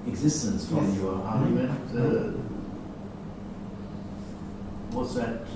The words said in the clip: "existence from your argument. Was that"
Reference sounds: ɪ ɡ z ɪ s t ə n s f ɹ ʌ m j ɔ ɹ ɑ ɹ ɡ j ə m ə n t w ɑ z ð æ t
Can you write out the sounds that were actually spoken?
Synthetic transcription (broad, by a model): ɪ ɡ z ɪ s t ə n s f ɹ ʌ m j ɔ ɹ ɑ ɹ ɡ j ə m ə n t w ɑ s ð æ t